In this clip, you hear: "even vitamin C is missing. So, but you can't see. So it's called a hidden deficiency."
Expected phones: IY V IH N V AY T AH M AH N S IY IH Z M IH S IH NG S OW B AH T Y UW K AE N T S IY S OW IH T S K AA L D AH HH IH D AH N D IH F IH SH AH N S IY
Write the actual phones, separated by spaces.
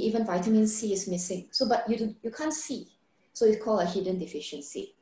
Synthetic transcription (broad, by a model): IY V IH N V AY T AH M AH N S IY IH S M IH S IH NG S OW B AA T Y UW K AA N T S IY S OW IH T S K AA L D AH HH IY D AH N D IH F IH SH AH N S IY